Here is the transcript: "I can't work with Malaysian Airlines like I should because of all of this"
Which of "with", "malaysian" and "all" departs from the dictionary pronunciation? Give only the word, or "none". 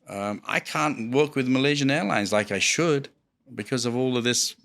none